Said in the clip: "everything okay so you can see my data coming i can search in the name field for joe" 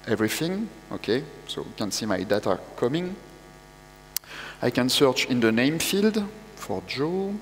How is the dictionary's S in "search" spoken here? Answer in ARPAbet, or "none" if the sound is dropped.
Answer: S